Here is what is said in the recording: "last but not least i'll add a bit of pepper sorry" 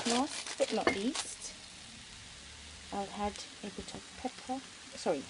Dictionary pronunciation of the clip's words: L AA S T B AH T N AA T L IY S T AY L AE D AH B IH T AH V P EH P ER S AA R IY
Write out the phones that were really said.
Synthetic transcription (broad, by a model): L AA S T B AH T L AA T L IY S T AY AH D AH B IH T AH V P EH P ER S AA R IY